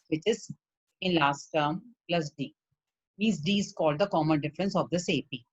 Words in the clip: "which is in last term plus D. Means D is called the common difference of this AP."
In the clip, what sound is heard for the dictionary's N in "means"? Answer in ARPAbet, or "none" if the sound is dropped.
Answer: none